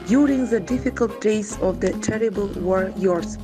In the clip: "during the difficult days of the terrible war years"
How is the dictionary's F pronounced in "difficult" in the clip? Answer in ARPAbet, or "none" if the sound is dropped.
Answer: F